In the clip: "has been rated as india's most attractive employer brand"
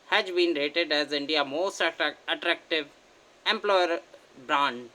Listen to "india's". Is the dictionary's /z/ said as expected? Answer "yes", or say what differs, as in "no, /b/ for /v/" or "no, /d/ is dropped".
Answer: no, /z/ is dropped